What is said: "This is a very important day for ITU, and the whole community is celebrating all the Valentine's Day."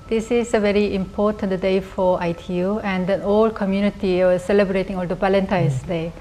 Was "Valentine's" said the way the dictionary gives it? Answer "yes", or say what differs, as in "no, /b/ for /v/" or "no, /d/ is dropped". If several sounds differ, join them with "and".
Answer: no, /p/ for /v/